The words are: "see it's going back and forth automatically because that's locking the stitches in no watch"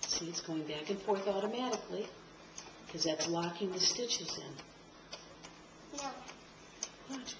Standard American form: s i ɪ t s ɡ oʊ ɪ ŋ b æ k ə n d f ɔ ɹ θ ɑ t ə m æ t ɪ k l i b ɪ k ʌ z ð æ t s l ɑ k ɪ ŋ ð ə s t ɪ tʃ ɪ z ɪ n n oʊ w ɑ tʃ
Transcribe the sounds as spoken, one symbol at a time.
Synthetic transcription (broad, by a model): s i ɪ t s ɡ oʊ ɪ ŋ b æ k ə n f ɔ ɹ θ ɑ t ə m æ t ɪ k l i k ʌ z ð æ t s l ɑ k ɪ ŋ ð ə s t ɪ tʃ ɪ z ɪ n n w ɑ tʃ